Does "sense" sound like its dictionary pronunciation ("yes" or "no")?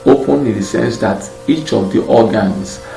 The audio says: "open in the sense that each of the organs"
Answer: yes